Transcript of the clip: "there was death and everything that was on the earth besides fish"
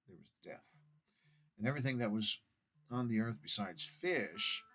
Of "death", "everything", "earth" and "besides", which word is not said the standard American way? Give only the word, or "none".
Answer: none